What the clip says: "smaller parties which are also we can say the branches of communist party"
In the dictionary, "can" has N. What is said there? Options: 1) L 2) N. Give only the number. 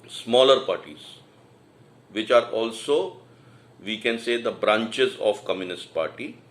2